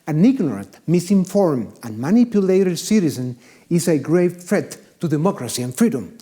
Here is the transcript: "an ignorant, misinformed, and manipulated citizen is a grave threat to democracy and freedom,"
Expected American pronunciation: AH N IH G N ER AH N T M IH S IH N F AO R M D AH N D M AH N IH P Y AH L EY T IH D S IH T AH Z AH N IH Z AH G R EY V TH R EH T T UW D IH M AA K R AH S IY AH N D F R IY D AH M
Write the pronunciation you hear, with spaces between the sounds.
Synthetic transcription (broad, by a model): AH N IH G N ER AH N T M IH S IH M F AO R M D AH N M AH N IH P Y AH L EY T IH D S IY T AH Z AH N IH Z AH G R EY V F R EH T T UW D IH M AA K R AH S IY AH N F R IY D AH M